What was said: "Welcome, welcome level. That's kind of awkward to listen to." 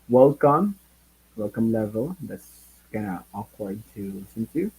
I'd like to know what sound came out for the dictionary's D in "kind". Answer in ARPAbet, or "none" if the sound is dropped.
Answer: none